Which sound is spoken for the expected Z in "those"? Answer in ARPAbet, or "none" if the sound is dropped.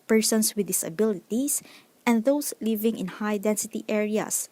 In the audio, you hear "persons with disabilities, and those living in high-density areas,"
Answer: S